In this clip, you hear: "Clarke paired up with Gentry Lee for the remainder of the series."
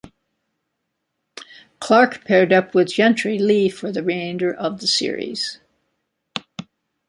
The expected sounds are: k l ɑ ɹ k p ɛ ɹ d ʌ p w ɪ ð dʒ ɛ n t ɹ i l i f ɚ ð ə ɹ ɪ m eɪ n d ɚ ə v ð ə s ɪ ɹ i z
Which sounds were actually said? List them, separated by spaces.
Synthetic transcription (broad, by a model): k l ɑ ɹ k p ɛ ɹ d ʌ p w ɪ ð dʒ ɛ n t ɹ i l i f ɚ ð ə ɹ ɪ ɪ n d ɚ ə v ð ə s ɪ ɹ i z